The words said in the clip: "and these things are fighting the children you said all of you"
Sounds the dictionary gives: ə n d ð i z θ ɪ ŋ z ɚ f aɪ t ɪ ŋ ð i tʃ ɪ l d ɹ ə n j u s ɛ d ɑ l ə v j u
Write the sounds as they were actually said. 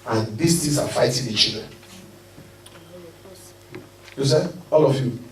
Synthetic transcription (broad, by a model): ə n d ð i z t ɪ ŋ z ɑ f aɪ t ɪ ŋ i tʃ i l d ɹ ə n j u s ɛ ɑ l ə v j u